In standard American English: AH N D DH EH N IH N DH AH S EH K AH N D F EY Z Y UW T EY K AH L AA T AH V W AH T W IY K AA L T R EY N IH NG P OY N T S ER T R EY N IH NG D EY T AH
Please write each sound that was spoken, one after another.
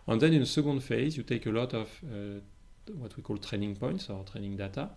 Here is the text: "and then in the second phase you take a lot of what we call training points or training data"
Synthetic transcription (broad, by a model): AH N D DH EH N IH N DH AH S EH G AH N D F EY Z Y UW T EY K AH L AA T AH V W AH T W IY K AA L T R EY N IH NG P OY N T S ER T R EY N IH NG D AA T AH